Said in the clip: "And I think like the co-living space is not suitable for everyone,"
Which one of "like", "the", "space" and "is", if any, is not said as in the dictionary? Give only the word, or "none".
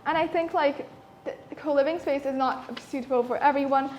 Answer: none